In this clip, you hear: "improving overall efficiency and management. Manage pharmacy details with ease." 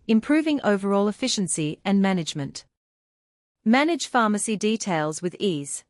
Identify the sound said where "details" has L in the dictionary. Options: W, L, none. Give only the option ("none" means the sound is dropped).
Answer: L